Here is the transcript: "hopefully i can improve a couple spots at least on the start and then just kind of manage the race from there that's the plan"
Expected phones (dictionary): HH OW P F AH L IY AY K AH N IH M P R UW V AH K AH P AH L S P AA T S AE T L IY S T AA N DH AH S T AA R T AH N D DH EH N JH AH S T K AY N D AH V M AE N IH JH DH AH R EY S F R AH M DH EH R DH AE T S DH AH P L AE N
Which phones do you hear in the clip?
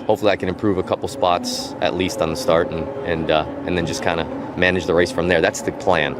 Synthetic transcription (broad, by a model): HH OW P F L IY AY K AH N IH M P R UW V AH K AH P L S P AA T S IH T L IY S T N DH AH S T AA R T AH N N DH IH N JH AH S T K AY N D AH M AE N IH JH DH AH R EY S F R AH M DH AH R DH AE T S DH AH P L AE N